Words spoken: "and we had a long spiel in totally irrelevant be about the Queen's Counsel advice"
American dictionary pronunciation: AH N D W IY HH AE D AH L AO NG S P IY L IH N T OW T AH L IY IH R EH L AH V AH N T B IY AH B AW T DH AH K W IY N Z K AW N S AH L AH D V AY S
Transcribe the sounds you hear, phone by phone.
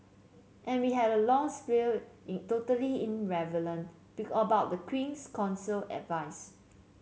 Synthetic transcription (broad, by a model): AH N W IY HH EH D AH L AO NG S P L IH L T OW T AH L IY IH R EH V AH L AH N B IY AH B AW T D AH K W IY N S K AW N S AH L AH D V AY S